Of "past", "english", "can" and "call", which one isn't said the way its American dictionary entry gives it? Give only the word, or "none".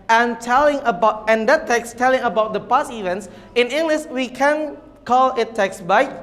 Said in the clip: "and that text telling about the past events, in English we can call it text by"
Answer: past